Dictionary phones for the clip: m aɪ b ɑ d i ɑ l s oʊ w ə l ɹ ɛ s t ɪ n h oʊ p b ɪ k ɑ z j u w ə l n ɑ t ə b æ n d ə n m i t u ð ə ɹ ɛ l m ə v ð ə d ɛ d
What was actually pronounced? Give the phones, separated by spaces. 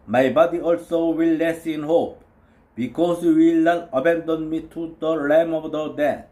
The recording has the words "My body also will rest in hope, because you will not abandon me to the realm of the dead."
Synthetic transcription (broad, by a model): m aɪ b ɑ d i ɑ l s oʊ w ə l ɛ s ɪ n h oʊ p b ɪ k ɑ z j u w ə l n ɑ t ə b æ n d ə n m i t u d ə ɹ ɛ m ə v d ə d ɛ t